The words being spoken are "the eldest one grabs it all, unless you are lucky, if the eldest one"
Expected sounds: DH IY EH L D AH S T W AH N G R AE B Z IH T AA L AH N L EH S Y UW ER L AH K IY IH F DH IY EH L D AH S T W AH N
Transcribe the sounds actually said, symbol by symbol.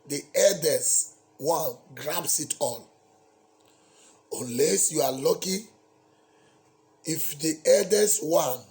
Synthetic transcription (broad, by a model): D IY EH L D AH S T W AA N G R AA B S IH T AA L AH L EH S Y UW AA L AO K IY IH F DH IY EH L D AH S W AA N